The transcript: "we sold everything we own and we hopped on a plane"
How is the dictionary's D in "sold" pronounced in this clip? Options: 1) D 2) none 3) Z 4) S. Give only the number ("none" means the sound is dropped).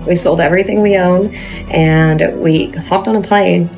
1